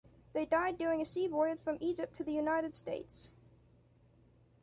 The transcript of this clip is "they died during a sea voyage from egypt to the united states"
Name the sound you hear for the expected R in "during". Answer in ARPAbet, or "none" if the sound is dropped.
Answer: none